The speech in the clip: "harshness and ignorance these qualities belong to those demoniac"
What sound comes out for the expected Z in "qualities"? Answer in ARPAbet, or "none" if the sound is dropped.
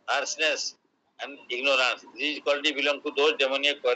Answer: none